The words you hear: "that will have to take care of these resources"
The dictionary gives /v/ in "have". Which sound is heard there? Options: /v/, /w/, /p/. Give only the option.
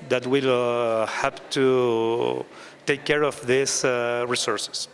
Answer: /p/